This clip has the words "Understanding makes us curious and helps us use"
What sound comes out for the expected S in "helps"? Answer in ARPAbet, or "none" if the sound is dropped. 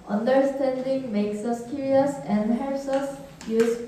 S